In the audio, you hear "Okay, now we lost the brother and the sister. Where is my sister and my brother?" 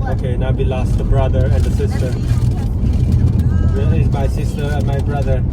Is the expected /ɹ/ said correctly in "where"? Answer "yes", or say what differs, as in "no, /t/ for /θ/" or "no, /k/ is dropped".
no, /l/ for /ɹ/